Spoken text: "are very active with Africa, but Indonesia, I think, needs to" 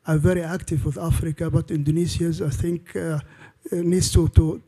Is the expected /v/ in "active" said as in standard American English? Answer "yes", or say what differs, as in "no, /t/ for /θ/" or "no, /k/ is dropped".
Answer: yes